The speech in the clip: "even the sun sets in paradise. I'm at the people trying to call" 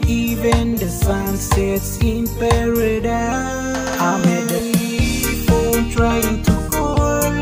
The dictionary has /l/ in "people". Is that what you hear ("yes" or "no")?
no